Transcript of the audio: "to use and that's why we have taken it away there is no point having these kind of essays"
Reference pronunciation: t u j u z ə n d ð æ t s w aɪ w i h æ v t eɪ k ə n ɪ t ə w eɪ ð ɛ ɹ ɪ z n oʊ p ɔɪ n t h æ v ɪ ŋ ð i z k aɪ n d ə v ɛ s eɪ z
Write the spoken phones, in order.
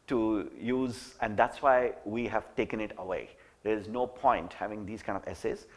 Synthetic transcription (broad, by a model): t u j u z ə n d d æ t s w aɪ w i h æ v t eɪ k ə n ɪ t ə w eɪ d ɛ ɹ ɪ z n oʊ p ɔɪ n t h æ v ɪ ŋ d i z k aɪ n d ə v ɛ s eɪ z